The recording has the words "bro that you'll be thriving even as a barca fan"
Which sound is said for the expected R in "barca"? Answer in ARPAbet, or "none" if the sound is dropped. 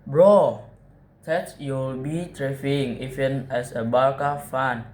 L